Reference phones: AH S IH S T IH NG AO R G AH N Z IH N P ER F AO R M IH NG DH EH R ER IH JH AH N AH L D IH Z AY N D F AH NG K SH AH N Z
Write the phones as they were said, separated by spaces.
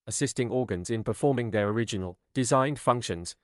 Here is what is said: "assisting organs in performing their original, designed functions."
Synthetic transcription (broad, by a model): AH S IH S T IH NG AO G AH N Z IH N P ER F AO M IH NG DH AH R ER IH JH AH N AH L D IH Z AY N D F AH NG K SH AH N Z